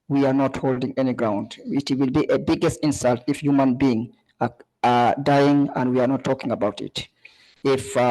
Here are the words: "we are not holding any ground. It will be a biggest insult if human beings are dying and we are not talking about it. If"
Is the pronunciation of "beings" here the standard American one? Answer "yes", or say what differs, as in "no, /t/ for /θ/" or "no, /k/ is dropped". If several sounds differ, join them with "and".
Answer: no, /z/ is dropped